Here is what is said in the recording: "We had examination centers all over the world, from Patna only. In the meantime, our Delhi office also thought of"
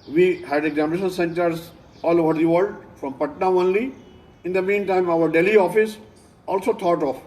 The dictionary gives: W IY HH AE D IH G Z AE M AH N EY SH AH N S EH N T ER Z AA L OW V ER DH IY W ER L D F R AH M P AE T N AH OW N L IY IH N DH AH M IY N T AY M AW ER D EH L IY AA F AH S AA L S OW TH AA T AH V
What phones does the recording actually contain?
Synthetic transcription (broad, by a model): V IY HH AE D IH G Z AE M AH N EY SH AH N S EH N T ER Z AA L OW V ER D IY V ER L D F R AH M P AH T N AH OW N L IY IH N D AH M IY N T AY M AW ER D EH L IY AA F AH S AA L S OW T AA T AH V